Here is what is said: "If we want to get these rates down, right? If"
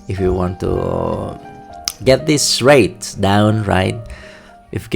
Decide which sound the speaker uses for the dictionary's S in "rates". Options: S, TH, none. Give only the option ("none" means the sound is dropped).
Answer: none